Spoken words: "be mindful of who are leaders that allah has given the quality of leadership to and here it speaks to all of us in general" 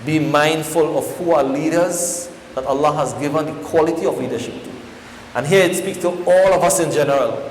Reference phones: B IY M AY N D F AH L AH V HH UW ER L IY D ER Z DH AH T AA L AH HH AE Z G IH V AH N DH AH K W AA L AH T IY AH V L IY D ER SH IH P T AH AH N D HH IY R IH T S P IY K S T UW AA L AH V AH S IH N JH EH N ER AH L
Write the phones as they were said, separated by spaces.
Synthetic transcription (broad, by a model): B IY M AY N D F AH L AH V HH UW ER L IY D ER Z DH AH T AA L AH HH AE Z G IH V AH N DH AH K W AA L AH T IY AH V L IY D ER SH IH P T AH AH N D HH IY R IH T S P IY K S T UW AA L AH V AH S IH N JH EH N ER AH L